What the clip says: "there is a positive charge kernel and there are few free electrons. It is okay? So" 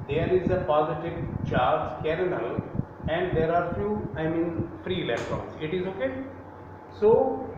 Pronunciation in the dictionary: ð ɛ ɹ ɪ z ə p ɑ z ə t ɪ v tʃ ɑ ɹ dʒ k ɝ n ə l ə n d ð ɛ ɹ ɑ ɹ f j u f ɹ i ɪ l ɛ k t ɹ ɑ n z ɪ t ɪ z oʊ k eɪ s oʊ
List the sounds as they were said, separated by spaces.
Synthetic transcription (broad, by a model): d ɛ ɹ ɪ z ə p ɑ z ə t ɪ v tʃ ɑ ɹ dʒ k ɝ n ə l ə n d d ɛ ɹ ɑ ɹ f j u f ɹ i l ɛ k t ɑ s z ɪ t ɪ z oʊ k eɪ s oʊ